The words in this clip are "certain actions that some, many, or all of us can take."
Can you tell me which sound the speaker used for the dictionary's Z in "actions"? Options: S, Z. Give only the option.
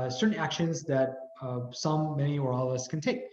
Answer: Z